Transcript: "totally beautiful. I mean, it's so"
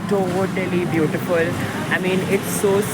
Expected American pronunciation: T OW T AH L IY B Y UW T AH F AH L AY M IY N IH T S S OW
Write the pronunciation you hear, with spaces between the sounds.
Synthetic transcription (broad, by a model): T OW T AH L IY B Y UW T AH F AH L AY M IY N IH T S S OW